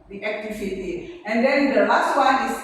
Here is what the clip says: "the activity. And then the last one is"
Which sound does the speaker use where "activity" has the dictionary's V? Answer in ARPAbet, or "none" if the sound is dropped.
F